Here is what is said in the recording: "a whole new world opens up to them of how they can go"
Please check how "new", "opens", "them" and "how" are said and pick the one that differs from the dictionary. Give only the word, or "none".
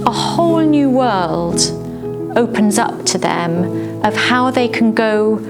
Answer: none